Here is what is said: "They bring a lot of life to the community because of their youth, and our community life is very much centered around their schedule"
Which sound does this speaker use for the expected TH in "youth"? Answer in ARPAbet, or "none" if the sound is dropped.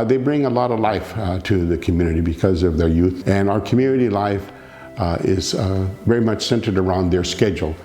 TH